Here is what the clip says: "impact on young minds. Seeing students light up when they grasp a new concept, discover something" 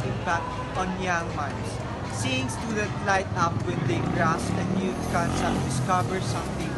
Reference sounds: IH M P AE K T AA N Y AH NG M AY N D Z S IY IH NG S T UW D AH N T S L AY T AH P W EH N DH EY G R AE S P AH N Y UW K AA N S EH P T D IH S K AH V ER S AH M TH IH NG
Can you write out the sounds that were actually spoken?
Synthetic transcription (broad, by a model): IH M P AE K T AA N Y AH NG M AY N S S IY IH NG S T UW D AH T L AY T AH P W EH N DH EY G R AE S AH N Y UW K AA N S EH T D IH S K AH V ER S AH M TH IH NG